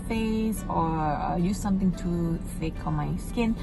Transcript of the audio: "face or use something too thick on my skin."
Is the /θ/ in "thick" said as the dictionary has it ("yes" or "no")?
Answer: no